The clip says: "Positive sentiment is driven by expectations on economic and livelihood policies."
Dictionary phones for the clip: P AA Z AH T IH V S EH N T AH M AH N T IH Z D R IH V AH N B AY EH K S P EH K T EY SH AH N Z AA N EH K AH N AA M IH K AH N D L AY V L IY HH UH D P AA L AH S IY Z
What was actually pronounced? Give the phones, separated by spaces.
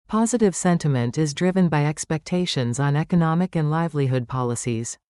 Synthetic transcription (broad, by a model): P AA Z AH T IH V S EH N T AH M AH N T IH Z D R IH V AH N B AY EH K S P EH K T EY SH AH N Z N EH K AH N AA M IH K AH N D L AY V L IY HH UH D P AA L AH S IY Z